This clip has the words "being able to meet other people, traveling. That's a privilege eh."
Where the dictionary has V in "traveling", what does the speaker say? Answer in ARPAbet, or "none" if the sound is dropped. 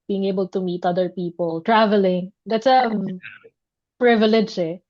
V